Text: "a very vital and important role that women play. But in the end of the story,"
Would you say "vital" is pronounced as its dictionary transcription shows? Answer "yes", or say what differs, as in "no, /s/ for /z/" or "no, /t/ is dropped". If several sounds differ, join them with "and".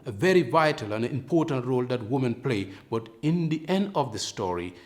yes